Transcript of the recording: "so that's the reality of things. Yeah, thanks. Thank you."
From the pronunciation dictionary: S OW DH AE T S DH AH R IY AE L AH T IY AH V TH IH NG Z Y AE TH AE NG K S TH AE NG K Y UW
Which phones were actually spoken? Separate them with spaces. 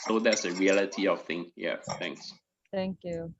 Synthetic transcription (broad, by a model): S OW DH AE T S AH R IY AE L AH T IY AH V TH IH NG Y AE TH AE NG K S T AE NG K Y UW